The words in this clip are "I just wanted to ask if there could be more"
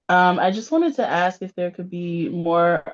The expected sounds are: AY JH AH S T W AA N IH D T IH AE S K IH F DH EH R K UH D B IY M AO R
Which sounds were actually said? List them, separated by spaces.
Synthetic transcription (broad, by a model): AY JH AH S T W AA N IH D T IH AE S K IH F DH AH R K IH D B IY M AO R